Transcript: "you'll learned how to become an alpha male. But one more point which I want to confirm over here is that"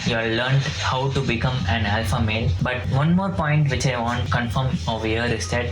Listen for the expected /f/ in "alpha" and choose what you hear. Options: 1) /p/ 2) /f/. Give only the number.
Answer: 2